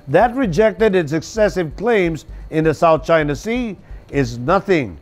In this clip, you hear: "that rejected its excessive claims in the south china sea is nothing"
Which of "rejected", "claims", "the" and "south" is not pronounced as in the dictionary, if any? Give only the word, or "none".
none